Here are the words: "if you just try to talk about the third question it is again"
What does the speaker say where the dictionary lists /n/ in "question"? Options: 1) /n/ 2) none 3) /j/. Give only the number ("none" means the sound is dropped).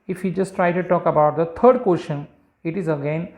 1